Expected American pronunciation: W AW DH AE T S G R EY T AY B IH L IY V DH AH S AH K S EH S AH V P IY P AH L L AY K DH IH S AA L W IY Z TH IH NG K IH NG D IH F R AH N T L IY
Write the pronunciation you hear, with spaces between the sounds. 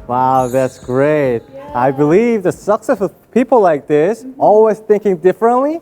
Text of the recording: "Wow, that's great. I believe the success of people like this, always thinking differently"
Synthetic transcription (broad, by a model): W AW DH AE T S G R EY T AY B IH L IY V DH AH S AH K S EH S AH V P IY P L L AY K DH IH S AA L W IY Z TH IH NG K IH NG D IH F R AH N T L IY